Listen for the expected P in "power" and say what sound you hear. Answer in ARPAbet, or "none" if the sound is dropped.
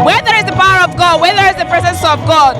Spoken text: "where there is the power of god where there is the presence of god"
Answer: P